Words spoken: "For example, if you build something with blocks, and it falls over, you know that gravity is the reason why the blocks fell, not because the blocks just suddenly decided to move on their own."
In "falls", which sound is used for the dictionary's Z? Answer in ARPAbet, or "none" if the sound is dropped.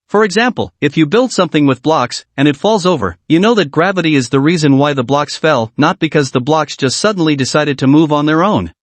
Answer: Z